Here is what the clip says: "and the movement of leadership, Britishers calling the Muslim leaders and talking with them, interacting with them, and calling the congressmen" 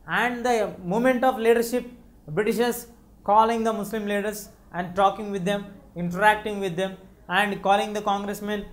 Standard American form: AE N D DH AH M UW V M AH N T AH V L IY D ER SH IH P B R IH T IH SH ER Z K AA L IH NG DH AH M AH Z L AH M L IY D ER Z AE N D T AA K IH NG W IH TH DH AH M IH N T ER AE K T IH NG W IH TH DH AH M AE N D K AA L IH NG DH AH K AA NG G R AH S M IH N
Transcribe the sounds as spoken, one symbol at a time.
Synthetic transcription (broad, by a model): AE N D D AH M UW M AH N T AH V L IY D ER SH IH P B R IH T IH SH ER S K AA L IH NG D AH M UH S L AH M L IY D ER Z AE N D T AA K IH NG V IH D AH M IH N T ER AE K T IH NG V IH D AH M AE N D K AA L IH NG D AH K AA NG G R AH S M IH N